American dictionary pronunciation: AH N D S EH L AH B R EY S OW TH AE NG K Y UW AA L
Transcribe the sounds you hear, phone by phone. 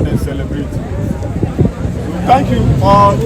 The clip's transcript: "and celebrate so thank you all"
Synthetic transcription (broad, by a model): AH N S EH L AH B R EY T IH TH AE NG K Y UW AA